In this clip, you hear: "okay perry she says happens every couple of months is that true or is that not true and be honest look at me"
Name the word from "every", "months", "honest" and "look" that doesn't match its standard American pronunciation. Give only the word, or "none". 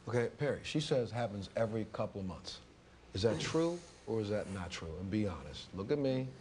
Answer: none